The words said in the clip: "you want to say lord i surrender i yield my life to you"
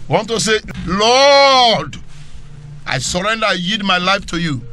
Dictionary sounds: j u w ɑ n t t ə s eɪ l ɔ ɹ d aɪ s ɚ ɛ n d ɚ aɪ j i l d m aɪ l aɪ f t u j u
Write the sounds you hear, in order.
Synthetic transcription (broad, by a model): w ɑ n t t ə s eɪ l ɔ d aɪ s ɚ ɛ n d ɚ aɪ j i d m aɪ l aɪ f t u j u